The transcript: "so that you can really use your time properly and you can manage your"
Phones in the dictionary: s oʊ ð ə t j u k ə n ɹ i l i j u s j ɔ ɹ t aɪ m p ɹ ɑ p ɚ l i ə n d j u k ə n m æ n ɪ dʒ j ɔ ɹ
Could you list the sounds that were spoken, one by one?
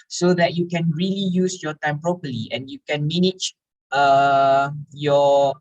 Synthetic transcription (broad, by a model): s oʊ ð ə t j u k ə n ɹ i l i j u s j ɔ t aɪ m p ɹ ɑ p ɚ l i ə n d j u k ə n m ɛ n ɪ tʃ j ɔ